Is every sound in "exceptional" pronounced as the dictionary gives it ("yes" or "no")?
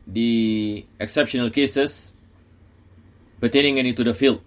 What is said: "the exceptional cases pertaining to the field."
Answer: yes